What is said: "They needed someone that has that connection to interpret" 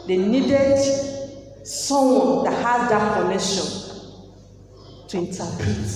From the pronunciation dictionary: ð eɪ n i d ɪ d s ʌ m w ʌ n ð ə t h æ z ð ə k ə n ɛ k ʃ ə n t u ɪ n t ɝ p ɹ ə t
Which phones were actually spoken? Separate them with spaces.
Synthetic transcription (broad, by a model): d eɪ n i d ɪ d s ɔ w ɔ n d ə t h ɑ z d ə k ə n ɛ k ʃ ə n t u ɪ n t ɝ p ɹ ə t